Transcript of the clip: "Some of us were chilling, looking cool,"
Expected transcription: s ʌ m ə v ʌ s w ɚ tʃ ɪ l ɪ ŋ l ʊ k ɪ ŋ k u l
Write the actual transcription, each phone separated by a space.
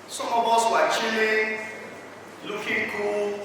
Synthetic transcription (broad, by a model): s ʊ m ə b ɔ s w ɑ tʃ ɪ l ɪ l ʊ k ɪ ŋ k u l